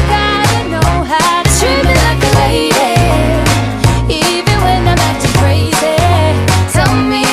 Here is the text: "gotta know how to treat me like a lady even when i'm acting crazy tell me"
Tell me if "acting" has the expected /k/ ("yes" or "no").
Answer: no